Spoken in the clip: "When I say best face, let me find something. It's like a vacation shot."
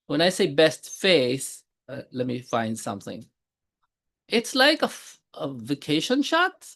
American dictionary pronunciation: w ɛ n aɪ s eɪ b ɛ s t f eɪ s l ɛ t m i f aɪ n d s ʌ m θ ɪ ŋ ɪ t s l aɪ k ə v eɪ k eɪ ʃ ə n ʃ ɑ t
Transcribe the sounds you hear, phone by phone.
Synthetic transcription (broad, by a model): w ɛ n aɪ s eɪ b ɛ s t f eɪ s l ɛ t m i f aɪ n d s ʌ m θ ɪ ŋ ɪ t s l aɪ k ə v eɪ k eɪ ʃ ə n ʃ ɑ t